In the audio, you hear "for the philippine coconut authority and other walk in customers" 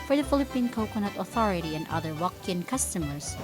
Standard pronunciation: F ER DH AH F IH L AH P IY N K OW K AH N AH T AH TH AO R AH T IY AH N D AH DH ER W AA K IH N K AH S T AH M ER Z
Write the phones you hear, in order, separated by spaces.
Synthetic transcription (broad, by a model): F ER DH AH F IH L AH P IY N K OW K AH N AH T AH TH AO R AH T IY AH N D AH DH ER W AA K IH N K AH S T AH M ER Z